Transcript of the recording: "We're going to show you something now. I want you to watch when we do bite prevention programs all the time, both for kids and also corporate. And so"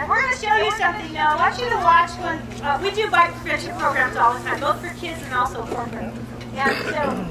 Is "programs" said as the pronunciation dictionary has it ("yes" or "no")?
yes